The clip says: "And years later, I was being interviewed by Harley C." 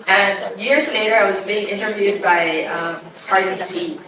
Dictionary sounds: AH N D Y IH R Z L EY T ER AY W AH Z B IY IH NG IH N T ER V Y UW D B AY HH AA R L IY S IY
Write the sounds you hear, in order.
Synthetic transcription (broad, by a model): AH N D Y IH R Z L EY T ER AY W AH Z B IY IH NG IH N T ER V Y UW D B AY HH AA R IY S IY